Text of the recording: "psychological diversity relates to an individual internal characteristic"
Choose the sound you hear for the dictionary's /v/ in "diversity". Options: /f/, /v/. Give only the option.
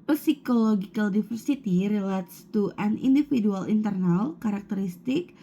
/f/